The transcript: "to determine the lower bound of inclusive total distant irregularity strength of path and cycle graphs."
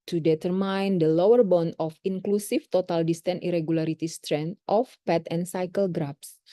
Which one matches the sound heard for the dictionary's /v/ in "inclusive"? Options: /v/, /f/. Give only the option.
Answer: /f/